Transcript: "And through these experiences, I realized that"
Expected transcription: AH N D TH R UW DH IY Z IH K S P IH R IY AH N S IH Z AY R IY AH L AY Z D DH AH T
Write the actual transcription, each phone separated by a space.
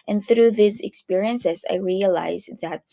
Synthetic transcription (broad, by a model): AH N TH R UW DH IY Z IH K S P IH R IY AH N S IH Z AY R IY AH L AY Z DH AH T